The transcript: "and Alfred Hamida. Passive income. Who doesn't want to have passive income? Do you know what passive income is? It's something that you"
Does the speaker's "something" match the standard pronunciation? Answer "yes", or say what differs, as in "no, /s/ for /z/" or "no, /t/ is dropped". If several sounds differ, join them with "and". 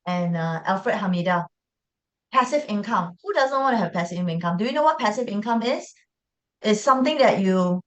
no, /t/ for /θ/